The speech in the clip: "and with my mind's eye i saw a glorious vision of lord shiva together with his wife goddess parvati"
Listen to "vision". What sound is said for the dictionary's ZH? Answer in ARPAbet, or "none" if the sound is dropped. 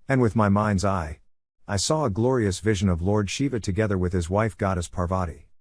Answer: ZH